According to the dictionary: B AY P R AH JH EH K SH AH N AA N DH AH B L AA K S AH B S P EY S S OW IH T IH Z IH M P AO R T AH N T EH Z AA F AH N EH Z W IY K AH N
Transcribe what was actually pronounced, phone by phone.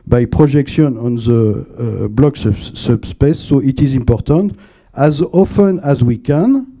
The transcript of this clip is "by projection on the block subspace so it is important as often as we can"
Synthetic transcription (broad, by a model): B AY P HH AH ZH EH K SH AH N AA N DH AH B L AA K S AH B S P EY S S OW IH T IH Z IH M P AO R T AH N T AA Z AA F AH N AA Z W IY K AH N